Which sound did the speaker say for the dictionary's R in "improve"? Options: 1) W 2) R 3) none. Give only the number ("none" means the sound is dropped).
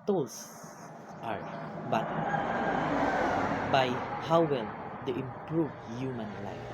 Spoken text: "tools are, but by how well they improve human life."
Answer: 2